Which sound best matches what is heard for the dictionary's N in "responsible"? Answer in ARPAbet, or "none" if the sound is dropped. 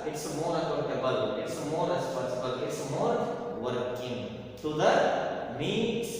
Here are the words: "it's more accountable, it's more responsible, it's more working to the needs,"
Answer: none